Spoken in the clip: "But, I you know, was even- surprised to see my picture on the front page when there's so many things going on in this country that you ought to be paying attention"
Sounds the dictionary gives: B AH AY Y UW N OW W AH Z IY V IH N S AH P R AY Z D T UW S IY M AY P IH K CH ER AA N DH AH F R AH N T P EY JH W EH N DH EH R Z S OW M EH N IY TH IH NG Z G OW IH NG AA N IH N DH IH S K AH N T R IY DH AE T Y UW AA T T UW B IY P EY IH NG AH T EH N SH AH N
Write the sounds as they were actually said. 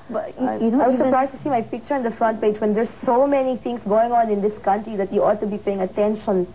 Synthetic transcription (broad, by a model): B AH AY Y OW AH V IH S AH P R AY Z T UW S IY M AY P IH K CH ER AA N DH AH F R AH N T P EY JH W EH N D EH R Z S OW M EH N IY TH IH NG S G OW IH NG AA N IH N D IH S K AH N T R IY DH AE T Y UW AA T T UW B IY P EY IH NG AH T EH N SH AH N